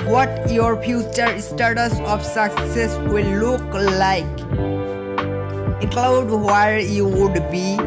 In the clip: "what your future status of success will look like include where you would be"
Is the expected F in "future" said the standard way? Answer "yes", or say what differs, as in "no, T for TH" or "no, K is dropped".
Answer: no, P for F